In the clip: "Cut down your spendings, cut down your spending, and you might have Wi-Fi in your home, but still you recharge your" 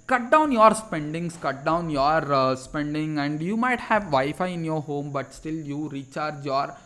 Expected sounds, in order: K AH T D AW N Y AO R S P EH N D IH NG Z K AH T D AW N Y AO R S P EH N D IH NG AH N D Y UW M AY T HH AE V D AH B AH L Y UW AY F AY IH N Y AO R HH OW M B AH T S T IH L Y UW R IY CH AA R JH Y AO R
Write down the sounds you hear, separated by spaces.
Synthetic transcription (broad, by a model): K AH T D AW N Y AO R S P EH N D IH NG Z K AH T D AW N Y AO R S P EH N D IH NG AH N D Y UW M AY T HH AE V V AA AH F AY IH N Y AO R HH OW M B AH T S T IH L Y UW R IY CH AA R JH Y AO R